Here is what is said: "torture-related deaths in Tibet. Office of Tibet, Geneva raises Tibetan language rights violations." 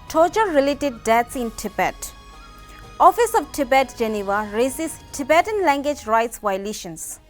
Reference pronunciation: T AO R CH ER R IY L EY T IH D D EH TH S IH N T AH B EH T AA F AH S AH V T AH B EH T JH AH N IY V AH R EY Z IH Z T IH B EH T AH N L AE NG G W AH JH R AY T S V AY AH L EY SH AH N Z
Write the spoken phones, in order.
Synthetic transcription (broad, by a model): T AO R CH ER R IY L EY T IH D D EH T S IH N T AH B EH T AA F AH S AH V T AH B EH T JH AH N IY V AH R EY S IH S T IH B EH T AH N L AE NG G W AH JH R AY T S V AY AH L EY SH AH N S